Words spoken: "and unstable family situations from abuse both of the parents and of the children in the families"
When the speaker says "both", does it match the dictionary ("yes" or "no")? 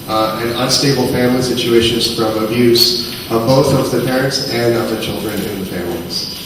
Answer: yes